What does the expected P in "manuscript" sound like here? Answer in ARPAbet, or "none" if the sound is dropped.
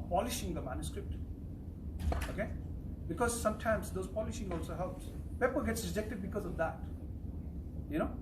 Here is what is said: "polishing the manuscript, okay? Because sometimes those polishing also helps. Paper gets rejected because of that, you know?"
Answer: P